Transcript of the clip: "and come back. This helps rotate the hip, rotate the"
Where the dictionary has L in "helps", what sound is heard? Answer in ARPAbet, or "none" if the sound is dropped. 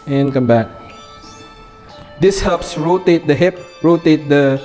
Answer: none